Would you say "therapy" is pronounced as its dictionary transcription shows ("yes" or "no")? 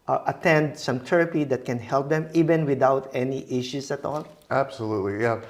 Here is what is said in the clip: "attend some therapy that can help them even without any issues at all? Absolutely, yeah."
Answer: no